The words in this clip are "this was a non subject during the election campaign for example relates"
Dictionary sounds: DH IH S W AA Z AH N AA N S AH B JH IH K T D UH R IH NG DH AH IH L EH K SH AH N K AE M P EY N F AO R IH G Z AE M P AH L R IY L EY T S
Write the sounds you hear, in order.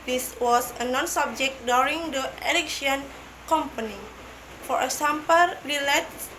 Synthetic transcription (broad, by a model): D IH S W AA S AH N AA N S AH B JH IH K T D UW R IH NG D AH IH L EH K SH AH N K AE M P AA N F AO R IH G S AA M P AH L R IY L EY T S